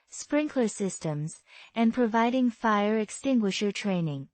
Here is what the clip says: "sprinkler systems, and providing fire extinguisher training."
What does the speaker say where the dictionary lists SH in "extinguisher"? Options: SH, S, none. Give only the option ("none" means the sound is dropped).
SH